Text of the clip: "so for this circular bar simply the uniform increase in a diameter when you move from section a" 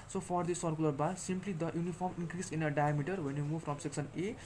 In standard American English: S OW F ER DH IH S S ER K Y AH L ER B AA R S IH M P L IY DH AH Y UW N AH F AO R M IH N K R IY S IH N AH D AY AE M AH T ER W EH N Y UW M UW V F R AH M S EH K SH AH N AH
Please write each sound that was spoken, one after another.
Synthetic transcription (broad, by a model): S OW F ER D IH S S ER K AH L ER B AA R S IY M P L IY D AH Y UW N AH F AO R M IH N K R IY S IH N AH D AY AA M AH T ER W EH N Y UW M UW V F R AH M S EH K S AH N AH